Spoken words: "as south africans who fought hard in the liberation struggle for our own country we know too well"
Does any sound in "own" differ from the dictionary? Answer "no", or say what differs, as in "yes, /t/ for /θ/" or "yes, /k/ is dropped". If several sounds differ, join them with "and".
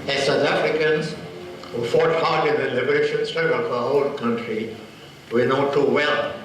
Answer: yes, /l/ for /n/